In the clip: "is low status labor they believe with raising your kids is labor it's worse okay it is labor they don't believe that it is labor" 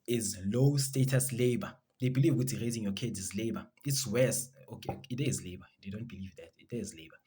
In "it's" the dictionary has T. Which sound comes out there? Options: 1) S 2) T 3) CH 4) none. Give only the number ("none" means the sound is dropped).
2